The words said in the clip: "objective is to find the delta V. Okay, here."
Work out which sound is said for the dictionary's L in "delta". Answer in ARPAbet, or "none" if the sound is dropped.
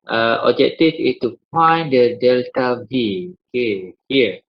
L